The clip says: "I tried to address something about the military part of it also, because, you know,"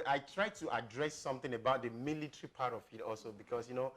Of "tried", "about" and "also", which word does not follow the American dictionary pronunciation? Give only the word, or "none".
none